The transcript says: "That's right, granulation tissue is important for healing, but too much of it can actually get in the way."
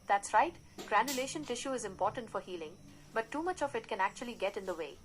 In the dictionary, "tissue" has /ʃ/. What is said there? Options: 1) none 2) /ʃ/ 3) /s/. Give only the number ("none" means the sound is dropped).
2